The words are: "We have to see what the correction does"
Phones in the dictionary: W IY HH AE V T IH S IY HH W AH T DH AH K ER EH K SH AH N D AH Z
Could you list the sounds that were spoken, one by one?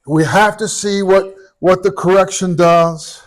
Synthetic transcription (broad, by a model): W IY HH AE F T IH S IY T W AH T DH AH K ER EH K SH AH N D AH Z